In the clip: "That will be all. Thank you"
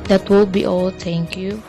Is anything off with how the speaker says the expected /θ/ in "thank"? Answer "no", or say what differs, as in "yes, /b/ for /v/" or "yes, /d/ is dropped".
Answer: yes, /t/ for /θ/